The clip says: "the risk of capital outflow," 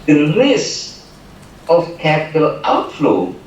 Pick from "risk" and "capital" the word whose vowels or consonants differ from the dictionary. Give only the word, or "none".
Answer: risk